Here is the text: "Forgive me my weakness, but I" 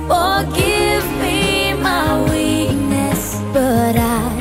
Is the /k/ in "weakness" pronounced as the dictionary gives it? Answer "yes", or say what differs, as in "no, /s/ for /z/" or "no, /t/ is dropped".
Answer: no, /k/ is dropped